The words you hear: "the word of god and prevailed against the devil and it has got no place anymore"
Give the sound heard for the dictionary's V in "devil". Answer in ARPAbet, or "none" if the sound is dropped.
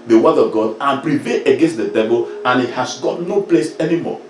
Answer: B